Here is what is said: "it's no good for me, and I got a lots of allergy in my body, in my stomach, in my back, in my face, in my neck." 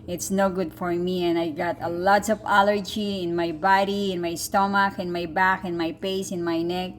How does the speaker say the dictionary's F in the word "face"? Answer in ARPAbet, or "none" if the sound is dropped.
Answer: P